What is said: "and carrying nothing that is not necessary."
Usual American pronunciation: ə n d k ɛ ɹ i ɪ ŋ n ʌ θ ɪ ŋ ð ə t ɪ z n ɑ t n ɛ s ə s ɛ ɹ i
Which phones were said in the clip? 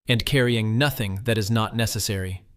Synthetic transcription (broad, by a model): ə n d k ɛ ɹ i ɪ ŋ n ʌ θ ɪ ŋ ð ə t ɪ z n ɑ t n ɛ s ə s ɛ ɹ i